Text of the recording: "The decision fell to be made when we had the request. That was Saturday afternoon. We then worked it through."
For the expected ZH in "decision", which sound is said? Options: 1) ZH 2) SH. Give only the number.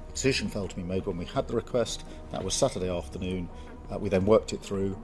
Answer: 1